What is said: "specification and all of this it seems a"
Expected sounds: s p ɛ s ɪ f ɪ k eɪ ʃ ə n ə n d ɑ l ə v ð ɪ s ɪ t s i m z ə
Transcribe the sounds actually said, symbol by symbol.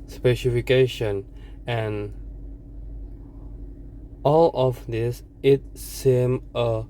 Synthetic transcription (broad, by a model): s p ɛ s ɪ f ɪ k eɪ ʃ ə n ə n ɑ l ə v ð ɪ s ɪ t s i m ə